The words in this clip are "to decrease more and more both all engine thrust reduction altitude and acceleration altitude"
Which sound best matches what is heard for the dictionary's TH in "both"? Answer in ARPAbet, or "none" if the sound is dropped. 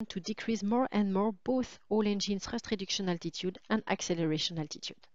TH